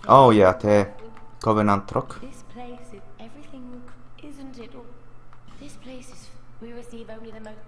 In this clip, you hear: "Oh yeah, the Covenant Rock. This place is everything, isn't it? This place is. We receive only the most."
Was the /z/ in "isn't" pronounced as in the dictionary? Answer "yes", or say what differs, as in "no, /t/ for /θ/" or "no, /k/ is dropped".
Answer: yes